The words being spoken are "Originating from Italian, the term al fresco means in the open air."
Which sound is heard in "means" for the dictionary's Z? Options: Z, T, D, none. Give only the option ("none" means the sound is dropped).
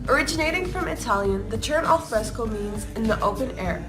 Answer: Z